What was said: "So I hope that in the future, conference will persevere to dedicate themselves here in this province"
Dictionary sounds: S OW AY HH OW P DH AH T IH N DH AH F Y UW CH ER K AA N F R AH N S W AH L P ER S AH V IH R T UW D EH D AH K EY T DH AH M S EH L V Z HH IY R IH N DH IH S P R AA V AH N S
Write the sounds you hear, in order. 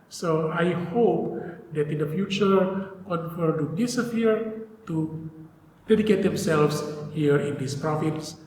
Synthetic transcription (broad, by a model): S OW AY HH OW P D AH T IH N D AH F Y UW CH ER K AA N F AH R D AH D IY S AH P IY R T UW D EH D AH K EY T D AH M S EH L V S HH IY R IH N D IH S P R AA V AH N S